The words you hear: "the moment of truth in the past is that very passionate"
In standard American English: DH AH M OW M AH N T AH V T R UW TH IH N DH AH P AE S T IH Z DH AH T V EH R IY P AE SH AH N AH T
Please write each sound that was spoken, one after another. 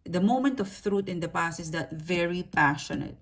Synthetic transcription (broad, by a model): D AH M OW M AH N T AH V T R UW T IH N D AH P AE S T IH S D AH T V EH R IY P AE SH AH N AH T